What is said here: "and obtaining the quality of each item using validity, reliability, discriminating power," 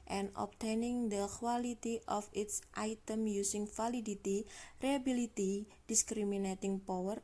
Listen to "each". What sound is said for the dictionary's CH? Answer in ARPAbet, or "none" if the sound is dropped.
S